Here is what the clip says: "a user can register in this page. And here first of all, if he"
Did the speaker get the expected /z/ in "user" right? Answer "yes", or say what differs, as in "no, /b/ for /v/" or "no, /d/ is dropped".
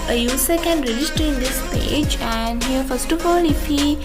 no, /s/ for /z/